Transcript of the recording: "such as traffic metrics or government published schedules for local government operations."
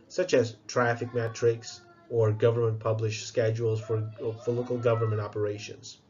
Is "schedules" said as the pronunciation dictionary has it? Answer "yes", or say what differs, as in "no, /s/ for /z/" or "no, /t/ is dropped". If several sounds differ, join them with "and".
yes